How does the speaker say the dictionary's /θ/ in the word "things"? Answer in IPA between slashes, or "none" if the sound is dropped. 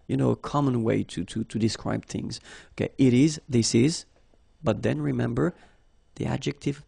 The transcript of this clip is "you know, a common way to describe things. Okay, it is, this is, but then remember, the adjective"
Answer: /θ/